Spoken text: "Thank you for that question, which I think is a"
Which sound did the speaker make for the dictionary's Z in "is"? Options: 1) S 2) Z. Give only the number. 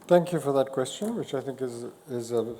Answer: 2